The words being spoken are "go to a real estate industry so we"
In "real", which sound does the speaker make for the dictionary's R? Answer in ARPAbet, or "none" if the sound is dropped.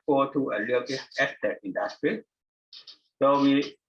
L